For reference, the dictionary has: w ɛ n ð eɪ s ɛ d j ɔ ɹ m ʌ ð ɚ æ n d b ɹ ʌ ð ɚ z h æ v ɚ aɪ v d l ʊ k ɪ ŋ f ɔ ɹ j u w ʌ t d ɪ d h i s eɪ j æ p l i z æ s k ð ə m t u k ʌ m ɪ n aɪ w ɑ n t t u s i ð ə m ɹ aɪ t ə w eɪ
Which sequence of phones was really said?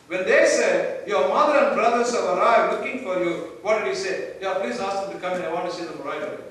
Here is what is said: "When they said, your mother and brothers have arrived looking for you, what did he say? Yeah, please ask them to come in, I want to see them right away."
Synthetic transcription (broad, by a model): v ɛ n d eɪ s ɛ d j ɔ ɹ m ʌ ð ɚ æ n d b ɹ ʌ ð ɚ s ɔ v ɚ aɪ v l ʊ k ɪ ŋ f ɔ ɹ j u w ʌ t d ɪ d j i s eɪ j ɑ p l i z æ s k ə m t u k ʌ m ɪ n aɪ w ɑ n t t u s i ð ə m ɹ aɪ ə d